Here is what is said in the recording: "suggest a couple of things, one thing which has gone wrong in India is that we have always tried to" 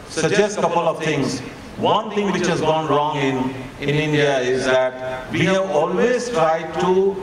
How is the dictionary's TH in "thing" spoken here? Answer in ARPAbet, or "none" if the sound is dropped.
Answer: T